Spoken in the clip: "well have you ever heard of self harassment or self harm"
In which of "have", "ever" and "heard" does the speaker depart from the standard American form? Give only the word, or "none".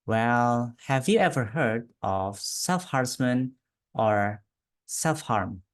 none